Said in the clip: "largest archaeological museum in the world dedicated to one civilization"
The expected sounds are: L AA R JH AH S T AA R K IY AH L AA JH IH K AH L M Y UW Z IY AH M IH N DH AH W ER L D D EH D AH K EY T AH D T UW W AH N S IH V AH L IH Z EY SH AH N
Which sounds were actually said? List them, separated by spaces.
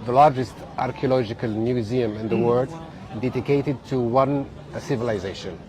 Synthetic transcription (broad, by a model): L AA R JH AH S T AA R K IY AH L AA JH IH K AH L M Y UW Z IY AH M IH N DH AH W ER D D EH D AH K EY T AH D T UW W AH N S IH V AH L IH Z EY SH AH N